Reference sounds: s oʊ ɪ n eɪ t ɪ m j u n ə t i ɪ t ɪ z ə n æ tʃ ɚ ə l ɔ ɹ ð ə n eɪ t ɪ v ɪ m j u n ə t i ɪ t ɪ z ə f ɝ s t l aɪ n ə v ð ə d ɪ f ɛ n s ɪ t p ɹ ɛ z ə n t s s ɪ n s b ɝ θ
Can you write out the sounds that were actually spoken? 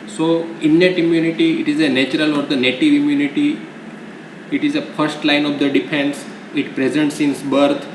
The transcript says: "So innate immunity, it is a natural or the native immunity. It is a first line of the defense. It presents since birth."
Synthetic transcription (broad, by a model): s oʊ ɪ n eɪ t ɪ m j u n ə t i ɪ t ɪ z ə n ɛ tʃ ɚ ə l ɔ ɹ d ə n eɪ t ɪ v ɪ m j u n ə t i ɪ t ɪ z ə f ɝ s t l aɪ n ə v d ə d ɪ f ɛ n s ɪ t p ɹ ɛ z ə n t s s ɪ n s b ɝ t